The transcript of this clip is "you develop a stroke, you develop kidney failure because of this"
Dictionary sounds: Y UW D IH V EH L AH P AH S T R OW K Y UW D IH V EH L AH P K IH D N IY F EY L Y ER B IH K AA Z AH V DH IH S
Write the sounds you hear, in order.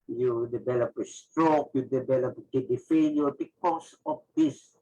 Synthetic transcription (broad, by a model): Y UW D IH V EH L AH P AH S T R OW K Y UW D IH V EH L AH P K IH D IY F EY N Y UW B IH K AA S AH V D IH S